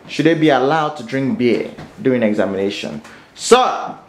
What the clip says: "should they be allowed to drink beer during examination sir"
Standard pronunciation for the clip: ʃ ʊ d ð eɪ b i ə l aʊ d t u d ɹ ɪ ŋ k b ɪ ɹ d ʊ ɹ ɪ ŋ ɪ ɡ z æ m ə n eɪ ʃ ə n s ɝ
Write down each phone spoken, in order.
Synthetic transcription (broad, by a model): ʃ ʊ d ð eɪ b i ə l aʊ d t u d ɹ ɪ ŋ k b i d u ɪ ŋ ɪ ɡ z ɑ m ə n eɪ ʃ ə n s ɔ